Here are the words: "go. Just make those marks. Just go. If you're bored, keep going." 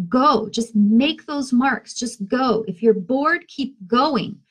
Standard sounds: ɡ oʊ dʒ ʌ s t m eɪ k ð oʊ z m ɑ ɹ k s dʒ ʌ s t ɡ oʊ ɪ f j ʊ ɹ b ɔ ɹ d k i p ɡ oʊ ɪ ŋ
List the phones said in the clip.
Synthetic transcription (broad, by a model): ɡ oʊ dʒ ʌ s t m eɪ k ð oʊ z m ɑ ɹ k s dʒ ʌ s t ɡ oʊ ɪ f j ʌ ɹ b ɔ ɹ d k i p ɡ oʊ ɪ ŋ